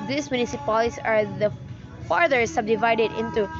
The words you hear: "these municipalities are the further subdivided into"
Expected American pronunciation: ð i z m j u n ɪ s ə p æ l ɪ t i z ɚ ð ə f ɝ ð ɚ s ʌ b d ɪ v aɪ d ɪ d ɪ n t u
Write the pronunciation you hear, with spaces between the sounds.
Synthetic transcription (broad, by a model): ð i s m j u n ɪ s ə p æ l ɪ s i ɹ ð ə f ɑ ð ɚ s ʌ b d ɪ v aɪ d ɪ d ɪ n t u